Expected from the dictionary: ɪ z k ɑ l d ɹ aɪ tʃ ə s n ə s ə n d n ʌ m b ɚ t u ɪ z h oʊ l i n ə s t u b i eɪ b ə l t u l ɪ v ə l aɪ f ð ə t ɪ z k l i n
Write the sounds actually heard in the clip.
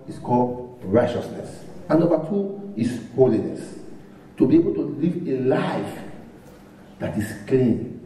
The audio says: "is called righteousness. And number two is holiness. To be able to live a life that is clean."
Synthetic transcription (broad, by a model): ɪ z k ɑ l d ɹ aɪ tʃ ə s n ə s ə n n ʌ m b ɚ t u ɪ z h oʊ l i n ə s t u b i eɪ b ə l t u l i v ə l aɪ f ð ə t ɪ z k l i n